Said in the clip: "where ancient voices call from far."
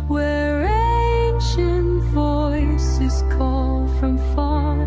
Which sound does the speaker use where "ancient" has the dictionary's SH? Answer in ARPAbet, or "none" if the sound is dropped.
SH